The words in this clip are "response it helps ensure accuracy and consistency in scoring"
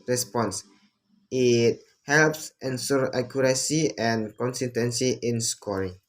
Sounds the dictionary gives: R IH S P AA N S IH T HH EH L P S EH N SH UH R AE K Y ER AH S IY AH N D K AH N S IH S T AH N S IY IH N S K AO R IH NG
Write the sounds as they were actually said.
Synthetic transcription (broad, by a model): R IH S P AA N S IH T HH EH L P S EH N S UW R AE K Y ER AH S IY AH N K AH N S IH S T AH N S IY IH N S K AO R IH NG